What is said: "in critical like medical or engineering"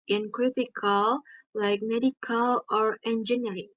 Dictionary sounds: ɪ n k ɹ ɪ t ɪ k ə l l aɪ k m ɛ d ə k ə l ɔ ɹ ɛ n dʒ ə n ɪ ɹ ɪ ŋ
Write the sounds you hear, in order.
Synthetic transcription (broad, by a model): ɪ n k ɹ ɪ t ɪ k ə l l aɪ k m ɛ d ə k ə l ɔ ɹ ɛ n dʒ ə n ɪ ɹ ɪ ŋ